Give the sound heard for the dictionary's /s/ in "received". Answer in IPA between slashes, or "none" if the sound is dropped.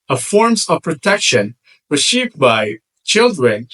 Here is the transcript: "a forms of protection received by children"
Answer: /ʃ/